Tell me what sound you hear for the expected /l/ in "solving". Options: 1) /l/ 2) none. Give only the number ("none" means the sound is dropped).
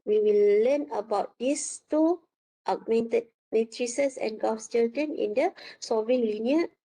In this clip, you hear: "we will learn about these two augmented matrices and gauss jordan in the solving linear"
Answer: 2